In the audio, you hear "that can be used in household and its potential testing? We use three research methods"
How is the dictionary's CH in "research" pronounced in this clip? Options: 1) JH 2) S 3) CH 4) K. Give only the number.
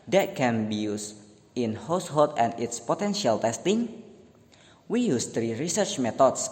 3